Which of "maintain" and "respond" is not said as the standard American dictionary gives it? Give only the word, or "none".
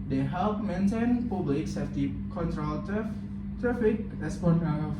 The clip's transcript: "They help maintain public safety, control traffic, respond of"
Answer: respond